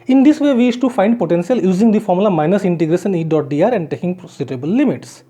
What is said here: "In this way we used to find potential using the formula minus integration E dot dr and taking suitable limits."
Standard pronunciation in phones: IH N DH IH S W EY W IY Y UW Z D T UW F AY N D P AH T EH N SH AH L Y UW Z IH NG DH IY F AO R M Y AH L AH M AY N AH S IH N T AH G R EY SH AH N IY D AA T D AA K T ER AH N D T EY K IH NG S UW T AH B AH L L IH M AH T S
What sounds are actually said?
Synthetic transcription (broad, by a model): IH N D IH S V EY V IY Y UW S T UW F AY N D P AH T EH N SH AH L Y UW Z IH NG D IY F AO R M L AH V M AY N AH S IH N T AH G R EY SH AH N IY D AA T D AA T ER AH N D T EY K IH NG S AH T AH B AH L L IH M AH T S